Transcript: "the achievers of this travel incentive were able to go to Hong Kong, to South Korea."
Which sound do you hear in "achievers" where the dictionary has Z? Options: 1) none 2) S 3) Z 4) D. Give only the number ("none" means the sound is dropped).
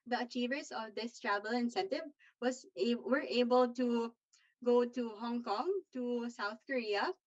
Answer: 2